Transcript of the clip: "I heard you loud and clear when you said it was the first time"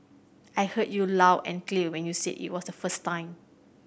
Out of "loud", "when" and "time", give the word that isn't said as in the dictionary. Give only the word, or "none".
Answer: loud